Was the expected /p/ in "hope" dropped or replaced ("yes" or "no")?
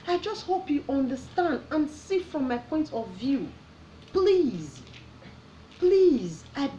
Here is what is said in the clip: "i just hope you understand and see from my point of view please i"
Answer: no